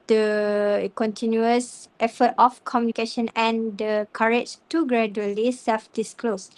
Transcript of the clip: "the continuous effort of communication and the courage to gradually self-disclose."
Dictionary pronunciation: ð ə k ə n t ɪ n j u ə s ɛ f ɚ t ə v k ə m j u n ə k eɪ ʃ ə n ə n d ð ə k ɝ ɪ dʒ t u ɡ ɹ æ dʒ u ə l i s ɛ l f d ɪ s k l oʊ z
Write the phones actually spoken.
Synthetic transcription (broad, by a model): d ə k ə n t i n j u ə s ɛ f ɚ t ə f k ə m j u n ə k eɪ ʃ ə n ə n d ə k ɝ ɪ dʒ t u ɡ ɹ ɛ dʒ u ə l i s ɛ l f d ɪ s k l oʊ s